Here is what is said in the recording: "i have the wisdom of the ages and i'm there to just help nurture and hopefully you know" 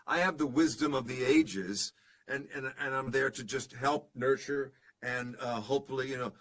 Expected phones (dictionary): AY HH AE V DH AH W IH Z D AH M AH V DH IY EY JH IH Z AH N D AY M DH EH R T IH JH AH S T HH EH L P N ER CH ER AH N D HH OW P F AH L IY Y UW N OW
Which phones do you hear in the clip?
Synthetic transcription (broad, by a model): AY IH V DH AH W IH Z D AH M AH V DH IY EY JH IH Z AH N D AY M DH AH R T IH JH AH S T HH EH L P N ER CH ER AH N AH HH OW P F L IY Y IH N OW